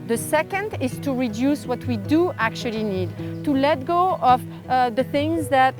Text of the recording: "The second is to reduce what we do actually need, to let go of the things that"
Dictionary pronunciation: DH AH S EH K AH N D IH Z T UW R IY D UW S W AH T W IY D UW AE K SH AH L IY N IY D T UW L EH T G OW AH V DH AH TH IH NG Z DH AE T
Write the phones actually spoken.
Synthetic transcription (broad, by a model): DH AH S EH K AH N D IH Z T UW R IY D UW S W AH T W IY D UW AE K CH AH L IY N IY D T UW L EH T G OW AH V DH AH TH IH NG Z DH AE T